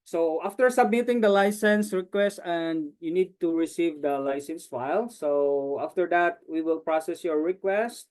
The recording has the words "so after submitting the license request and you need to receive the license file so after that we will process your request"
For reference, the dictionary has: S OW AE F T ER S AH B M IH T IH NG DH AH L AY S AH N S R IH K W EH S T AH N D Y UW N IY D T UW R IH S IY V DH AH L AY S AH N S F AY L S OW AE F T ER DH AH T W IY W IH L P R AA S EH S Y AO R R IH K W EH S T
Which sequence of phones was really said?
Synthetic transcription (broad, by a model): S OW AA F T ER S AH B M IH T IH NG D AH L AY S AH N S R IH K W EH S T AH N D Y UW N IY D T UW R IH S IY V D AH L AY S AH N S F AY L S OW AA F T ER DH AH T W IY W IH L P R AA S EH S Y AO R R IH K W EH S T